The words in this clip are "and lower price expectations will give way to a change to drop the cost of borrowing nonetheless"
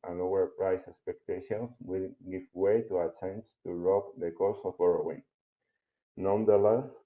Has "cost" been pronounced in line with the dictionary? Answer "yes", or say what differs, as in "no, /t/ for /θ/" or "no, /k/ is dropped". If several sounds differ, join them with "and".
no, /t/ is dropped